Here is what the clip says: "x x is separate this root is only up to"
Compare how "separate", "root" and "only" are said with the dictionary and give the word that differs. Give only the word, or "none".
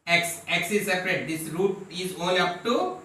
only